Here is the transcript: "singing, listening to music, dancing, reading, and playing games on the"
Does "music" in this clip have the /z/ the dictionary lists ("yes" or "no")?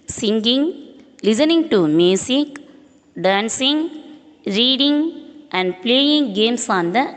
no